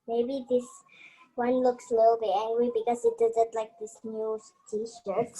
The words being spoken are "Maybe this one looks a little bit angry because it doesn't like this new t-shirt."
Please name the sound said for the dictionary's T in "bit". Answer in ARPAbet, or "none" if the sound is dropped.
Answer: none